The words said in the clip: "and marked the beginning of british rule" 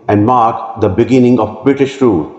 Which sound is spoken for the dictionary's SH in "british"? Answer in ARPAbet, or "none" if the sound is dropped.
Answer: SH